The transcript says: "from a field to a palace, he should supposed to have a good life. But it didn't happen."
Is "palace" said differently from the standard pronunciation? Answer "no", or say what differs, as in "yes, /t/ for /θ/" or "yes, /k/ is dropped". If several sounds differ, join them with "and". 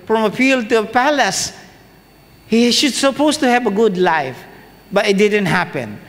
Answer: no